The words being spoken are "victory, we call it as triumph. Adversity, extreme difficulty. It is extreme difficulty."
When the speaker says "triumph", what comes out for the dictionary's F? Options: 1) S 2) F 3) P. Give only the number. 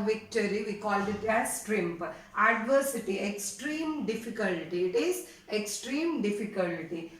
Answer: 3